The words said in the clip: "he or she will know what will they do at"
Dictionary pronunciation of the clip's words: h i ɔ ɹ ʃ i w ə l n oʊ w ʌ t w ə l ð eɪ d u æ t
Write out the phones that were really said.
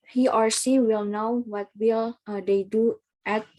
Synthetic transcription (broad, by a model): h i ɔ ɹ s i w ə l n oʊ w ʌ t w ə l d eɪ d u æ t